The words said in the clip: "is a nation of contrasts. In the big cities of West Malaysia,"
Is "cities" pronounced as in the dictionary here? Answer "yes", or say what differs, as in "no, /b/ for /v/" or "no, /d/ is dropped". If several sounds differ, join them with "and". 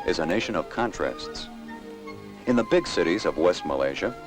yes